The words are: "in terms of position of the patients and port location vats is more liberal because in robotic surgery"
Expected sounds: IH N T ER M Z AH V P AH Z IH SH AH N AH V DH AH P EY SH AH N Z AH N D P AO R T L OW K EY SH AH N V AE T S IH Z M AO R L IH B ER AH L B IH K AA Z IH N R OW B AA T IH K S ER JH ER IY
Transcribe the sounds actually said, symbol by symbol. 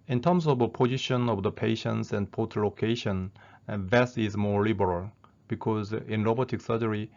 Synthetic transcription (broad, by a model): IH N T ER M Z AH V P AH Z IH SH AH N AH V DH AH P EY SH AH N S AH N D P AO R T L OW K EY SH AH N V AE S IH Z M AO R L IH B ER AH L B IH K AA Z IH N L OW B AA T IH K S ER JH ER IY